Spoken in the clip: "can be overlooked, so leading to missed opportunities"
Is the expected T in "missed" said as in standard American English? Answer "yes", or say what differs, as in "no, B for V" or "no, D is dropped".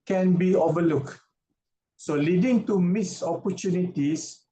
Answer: no, T is dropped